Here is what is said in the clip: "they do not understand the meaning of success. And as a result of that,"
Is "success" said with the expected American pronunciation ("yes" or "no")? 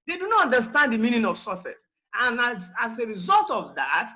no